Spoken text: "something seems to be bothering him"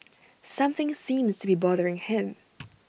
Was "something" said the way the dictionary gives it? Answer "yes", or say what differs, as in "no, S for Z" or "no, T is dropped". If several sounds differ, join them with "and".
yes